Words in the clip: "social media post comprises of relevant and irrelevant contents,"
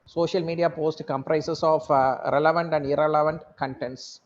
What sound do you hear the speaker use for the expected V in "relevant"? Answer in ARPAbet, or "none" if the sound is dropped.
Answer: V